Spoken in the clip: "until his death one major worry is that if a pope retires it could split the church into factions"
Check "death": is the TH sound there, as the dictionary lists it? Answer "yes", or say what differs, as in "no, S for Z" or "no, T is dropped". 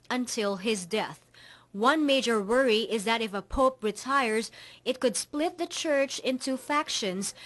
yes